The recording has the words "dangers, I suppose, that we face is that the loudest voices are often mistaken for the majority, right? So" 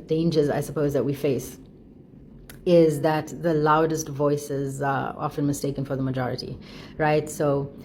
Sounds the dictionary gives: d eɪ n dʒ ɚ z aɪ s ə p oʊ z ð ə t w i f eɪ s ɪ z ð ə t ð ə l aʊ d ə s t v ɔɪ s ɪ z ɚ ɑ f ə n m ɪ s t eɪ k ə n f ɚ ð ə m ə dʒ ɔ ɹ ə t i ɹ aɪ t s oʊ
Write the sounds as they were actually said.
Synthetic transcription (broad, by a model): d eɪ n dʒ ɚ z aɪ s ə p oʊ z ð ə t w i f eɪ s ɪ z ð ə t ð ə l aʊ d ə s t v ɔɪ s ɪ z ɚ ɑ f ə n m ɪ s t eɪ k ə n f ɚ ð ə m ə dʒ ɔ ɹ ə t i ɹ aɪ t s oʊ